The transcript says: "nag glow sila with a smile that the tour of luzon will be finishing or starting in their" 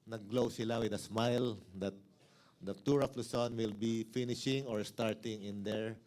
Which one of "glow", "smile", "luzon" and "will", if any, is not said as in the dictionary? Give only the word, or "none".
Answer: luzon